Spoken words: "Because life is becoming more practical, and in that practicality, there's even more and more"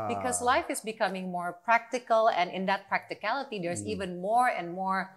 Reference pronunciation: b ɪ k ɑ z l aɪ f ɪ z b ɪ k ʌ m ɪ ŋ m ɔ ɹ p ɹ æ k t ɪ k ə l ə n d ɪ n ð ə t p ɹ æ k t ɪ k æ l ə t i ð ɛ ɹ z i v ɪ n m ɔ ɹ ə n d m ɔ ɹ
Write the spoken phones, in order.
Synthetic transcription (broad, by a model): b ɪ k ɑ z l aɪ f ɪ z b ɪ k ʌ m ɪ ŋ m ɔ ɹ p ɹ æ k t ɪ k ə l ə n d ɪ n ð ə t p ɹ æ k t ɪ k æ l ə t i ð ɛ ɹ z i v ɪ n m ɔ ɹ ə n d m ɔ ɹ